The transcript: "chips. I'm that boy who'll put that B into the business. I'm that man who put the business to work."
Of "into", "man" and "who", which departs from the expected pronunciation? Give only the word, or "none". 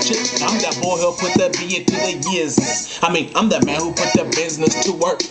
into